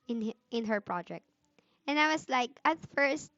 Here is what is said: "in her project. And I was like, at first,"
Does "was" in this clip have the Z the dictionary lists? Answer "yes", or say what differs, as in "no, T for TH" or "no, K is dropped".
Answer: no, S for Z